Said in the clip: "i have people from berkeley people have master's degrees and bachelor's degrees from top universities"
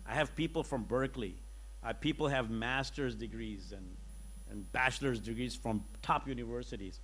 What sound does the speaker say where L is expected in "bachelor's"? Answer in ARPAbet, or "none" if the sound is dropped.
L